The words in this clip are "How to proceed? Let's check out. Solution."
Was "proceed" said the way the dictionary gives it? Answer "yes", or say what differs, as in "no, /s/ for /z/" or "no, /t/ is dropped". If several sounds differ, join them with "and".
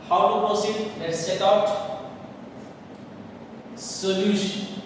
no, /ɹ/ is dropped